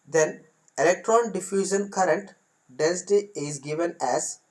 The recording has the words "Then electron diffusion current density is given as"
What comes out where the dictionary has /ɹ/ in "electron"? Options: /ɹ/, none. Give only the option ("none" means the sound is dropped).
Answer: /ɹ/